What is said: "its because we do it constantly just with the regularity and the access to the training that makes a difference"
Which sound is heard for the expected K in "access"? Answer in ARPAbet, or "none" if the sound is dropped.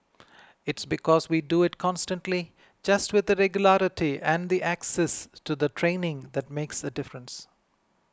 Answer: K